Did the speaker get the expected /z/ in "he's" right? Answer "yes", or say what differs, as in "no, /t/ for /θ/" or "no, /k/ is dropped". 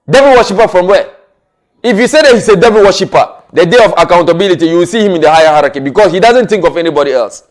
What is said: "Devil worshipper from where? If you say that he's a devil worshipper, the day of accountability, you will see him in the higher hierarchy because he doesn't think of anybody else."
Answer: no, /s/ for /z/